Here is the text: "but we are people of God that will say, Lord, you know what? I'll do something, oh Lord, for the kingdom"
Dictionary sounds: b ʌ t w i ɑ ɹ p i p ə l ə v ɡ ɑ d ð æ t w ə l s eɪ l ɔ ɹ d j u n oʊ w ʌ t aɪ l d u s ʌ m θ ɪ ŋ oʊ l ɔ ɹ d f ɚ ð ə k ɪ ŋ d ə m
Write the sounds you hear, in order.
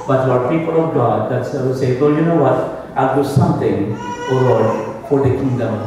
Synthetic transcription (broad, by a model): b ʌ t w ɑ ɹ p i p ə l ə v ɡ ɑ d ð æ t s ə s eɪ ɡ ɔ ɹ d j u n oʊ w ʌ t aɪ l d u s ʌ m t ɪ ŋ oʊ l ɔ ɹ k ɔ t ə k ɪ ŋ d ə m